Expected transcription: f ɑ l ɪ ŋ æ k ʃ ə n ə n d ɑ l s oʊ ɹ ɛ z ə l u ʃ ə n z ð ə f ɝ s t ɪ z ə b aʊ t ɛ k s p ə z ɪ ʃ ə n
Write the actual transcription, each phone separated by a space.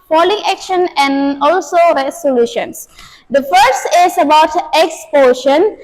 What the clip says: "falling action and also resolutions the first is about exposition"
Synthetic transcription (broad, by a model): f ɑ l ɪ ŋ æ k ʃ ə n ə n d ɑ l s oʊ ɹ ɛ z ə l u ʃ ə n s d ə f ɝ s t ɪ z ə b aʊ t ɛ k s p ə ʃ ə n